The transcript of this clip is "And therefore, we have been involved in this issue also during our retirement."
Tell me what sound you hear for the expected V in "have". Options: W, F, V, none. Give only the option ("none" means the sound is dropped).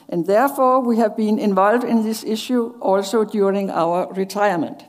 V